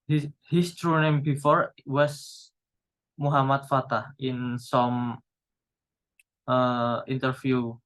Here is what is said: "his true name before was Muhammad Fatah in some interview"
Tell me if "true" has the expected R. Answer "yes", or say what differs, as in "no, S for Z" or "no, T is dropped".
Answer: yes